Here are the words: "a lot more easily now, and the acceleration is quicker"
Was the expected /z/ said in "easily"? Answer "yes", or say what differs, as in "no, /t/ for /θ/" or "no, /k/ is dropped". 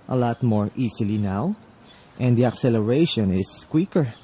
no, /s/ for /z/